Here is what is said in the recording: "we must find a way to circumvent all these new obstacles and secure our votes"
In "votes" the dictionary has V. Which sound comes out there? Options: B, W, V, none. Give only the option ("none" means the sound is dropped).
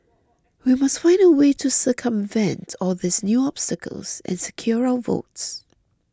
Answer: V